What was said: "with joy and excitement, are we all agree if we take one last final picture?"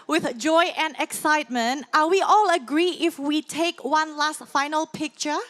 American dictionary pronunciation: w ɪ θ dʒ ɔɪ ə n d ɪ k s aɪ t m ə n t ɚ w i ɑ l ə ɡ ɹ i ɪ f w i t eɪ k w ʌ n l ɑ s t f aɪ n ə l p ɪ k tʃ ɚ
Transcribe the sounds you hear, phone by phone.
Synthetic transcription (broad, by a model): w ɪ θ dʒ ɔɪ ə n d ɪ k s aɪ t m ə n t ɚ w i ɑ l ə ɡ ɹ i ɪ f w i t eɪ k w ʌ n l ɑ s t f aɪ n ə l p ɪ k tʃ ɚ